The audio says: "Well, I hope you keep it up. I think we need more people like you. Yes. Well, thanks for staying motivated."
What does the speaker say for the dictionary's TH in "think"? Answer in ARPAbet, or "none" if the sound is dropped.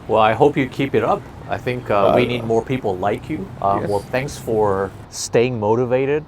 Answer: TH